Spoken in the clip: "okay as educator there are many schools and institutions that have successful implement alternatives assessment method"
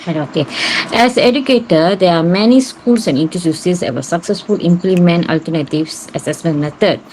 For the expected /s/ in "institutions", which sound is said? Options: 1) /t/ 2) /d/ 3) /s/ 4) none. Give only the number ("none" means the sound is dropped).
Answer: 4